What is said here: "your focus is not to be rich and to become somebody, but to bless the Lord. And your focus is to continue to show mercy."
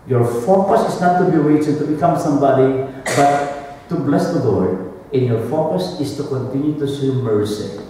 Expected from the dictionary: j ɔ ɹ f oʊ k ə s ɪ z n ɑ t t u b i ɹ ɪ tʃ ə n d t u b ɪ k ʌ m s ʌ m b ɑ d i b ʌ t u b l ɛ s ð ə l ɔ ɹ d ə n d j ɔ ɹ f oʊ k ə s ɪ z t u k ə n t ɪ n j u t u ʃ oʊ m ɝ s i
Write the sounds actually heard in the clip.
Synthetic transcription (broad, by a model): j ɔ ɹ f oʊ k ə s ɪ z n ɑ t t u b i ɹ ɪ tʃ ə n t u b ɪ k ʌ m s ʌ m b ɑ d i b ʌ t u b l ɛ s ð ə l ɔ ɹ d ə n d j ɔ ɹ f oʊ k ə s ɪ s t u k ə n t ɪ n j u t u s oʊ m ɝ s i